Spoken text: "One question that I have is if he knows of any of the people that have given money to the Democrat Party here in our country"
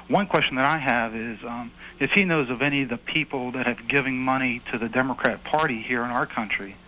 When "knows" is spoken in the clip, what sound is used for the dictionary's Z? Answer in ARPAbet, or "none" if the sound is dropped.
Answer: Z